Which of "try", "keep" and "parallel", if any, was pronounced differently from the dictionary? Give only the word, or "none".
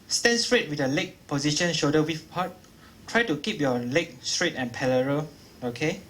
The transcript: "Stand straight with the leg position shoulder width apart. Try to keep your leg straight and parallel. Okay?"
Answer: parallel